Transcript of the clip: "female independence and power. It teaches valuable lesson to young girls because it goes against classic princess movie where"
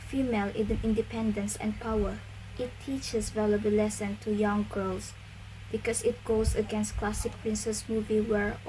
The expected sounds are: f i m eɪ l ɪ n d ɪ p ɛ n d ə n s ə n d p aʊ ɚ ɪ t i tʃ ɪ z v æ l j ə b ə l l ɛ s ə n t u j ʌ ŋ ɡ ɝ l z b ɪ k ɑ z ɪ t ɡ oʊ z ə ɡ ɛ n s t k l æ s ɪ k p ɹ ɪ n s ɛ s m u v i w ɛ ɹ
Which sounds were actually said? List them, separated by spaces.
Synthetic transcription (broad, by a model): f i m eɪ l ɪ n d ɪ p ɛ n d ə n s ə n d p aʊ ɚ ɪ t i tʃ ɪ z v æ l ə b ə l l ɛ s ə n t u j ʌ ŋ ɡ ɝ l s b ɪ k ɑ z ɪ t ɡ oʊ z ə ɡ ɛ n s t k l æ s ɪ k p ɹ ɪ n s ɛ s m u v i w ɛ ɹ